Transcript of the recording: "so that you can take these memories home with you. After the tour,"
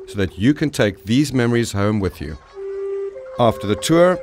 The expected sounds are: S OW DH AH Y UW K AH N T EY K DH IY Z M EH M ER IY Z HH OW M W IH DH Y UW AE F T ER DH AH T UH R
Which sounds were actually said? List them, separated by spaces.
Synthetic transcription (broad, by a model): S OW DH AH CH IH K AH N T EY K DH IY Z M EH M ER IY Z HH OW M W IH DH Y UW AE F T ER DH AH T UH R